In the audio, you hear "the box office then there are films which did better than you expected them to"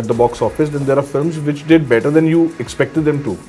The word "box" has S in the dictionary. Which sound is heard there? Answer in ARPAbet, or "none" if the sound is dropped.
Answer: S